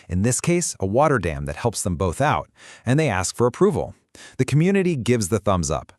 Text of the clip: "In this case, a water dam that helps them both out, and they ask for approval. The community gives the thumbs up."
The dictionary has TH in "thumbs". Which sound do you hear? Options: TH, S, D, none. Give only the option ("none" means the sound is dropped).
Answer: TH